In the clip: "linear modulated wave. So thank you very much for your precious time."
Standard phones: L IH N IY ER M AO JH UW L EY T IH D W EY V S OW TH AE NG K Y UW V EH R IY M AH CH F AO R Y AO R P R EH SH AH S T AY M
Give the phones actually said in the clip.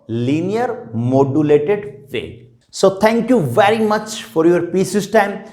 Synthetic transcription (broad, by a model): L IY N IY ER M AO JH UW L EY T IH D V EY S OW T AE NG K Y UW V EH R IY M AH CH F AO R Y AO R P IY S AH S T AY M